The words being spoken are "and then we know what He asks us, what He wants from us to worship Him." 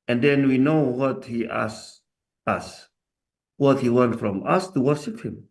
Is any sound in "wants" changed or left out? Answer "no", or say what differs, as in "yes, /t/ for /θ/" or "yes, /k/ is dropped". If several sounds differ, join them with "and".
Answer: yes, /s/ is dropped